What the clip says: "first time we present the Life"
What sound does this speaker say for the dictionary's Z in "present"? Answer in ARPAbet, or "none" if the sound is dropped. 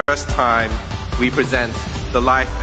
Z